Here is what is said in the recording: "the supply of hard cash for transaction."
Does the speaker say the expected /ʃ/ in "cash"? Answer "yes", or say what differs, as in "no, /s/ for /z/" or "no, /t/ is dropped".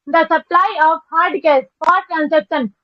no, /s/ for /ʃ/